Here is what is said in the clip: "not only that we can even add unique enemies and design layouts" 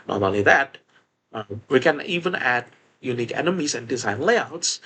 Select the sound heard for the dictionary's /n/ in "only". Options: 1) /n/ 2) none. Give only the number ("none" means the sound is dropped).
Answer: 2